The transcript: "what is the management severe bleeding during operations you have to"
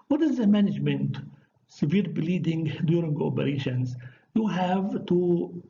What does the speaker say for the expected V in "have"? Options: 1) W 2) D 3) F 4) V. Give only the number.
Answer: 4